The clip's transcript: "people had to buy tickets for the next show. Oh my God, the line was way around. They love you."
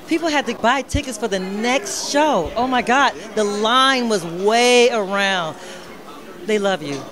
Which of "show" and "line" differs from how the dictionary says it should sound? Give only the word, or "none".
none